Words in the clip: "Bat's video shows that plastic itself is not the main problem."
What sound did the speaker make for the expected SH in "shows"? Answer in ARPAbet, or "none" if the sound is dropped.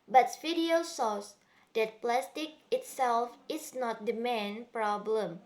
S